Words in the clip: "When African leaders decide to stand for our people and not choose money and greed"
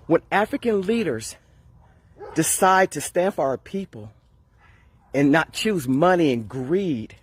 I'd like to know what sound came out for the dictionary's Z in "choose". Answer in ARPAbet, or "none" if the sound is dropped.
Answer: Z